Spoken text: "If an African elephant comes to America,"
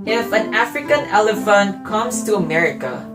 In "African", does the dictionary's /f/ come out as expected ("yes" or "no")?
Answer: yes